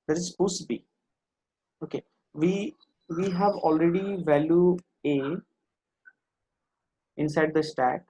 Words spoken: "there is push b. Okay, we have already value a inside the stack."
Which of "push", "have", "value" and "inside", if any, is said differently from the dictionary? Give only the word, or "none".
push